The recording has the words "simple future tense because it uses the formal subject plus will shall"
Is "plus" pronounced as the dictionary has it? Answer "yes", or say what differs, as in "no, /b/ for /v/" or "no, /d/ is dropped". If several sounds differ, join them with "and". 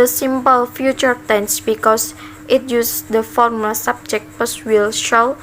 no, /l/ is dropped